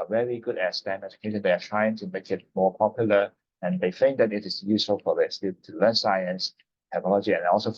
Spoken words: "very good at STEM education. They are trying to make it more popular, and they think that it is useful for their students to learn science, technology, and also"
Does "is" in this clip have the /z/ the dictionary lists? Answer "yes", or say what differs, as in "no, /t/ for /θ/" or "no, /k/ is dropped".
no, /s/ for /z/